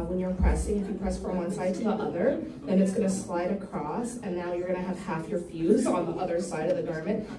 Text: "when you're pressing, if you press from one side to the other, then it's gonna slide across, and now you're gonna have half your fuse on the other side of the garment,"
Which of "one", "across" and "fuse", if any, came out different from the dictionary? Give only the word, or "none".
none